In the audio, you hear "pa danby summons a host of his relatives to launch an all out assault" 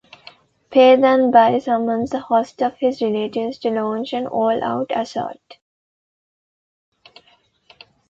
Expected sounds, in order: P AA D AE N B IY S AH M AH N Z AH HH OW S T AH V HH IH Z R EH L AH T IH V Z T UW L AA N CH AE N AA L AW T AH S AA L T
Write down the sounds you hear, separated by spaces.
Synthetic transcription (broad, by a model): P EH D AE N B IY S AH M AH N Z AH HH OW S T AH V HH IH Z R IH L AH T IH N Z T UW L AA N CH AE N AA L AW T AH S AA T